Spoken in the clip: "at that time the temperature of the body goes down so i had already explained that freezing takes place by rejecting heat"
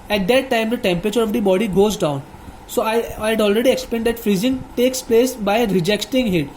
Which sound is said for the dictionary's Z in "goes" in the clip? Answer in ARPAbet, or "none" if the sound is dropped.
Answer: Z